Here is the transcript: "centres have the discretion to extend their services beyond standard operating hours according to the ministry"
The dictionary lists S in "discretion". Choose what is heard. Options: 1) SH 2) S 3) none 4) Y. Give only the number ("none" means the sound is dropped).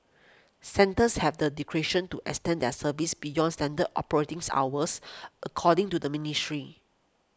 3